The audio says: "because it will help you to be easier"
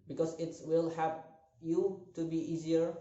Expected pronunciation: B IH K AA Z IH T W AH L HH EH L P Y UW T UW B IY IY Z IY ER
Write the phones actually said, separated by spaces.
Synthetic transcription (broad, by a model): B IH K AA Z IH T W AH L HH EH P Y UW T UW B IY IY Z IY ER